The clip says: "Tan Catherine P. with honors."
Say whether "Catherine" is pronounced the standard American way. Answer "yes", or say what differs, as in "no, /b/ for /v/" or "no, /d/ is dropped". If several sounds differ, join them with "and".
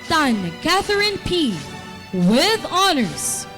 yes